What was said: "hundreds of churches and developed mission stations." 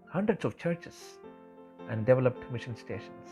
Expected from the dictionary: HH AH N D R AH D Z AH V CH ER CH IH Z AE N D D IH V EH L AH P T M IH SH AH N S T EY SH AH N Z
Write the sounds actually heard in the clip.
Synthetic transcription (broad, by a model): HH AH N D R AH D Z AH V CH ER CH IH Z AE N D D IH V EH L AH P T M IH SH AH N S T EY SH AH N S